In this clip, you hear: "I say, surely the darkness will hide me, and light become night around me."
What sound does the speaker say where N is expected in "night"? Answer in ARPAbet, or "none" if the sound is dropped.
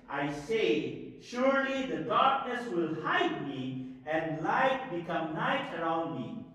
N